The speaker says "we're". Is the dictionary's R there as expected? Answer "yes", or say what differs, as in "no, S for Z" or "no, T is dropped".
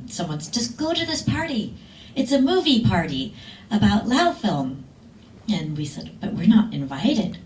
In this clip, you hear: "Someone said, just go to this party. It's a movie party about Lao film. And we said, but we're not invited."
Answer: yes